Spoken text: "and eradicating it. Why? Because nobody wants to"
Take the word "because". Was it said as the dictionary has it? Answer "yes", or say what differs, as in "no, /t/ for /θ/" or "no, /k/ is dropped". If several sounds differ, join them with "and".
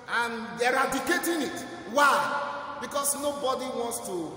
no, /s/ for /z/